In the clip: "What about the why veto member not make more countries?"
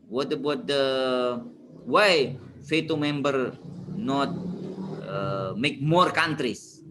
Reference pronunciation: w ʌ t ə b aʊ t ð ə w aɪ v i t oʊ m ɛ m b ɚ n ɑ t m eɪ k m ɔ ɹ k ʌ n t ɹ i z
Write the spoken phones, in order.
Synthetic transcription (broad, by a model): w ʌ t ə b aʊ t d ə w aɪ f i t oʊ m ɛ m b ɚ n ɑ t m eɪ k m ɔ ɹ k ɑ n t ɹ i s